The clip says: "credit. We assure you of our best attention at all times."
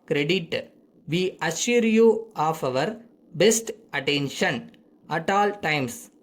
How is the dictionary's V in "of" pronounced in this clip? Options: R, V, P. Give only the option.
V